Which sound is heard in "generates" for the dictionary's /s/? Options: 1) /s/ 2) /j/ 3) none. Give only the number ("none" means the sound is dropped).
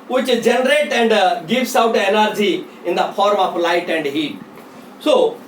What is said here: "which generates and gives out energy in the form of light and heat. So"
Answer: 3